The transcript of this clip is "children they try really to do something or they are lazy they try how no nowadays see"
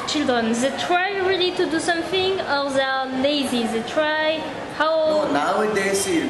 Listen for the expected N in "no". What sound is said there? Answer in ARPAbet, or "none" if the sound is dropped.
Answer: L